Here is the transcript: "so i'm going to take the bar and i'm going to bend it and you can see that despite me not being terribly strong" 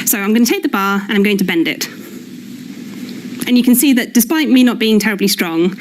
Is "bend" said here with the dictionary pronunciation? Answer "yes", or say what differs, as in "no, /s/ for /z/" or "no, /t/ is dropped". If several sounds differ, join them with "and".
yes